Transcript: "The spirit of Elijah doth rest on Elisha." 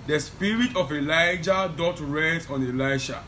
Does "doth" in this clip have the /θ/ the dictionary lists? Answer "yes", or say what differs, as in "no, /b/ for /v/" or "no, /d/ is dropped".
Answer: no, /t/ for /θ/